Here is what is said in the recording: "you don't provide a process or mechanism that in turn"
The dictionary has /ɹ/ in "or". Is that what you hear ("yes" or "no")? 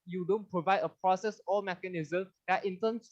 no